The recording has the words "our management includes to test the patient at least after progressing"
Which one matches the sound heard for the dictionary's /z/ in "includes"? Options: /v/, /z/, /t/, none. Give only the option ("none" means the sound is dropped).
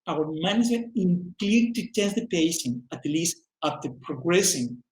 none